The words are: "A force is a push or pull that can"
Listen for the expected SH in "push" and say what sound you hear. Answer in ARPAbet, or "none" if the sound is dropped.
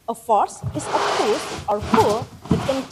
S